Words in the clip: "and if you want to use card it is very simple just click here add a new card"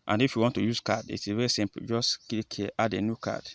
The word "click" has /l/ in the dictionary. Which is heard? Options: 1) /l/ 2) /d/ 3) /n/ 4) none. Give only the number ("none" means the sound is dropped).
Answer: 4